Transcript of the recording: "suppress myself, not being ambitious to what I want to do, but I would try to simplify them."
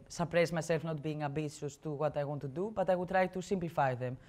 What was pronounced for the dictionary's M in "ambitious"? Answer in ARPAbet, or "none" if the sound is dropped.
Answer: none